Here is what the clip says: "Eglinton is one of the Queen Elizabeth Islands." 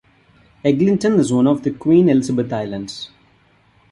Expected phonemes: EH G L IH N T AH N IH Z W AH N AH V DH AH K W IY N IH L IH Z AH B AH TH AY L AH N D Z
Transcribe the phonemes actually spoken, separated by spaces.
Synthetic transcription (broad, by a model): EH G L IH N T AH N IH Z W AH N AH V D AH K W IY N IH L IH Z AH B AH T AY L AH N D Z